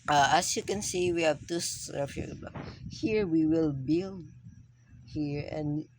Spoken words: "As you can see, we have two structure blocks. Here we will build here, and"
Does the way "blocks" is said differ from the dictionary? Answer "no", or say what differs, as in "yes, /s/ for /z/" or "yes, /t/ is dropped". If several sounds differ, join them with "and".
yes, /s/ is dropped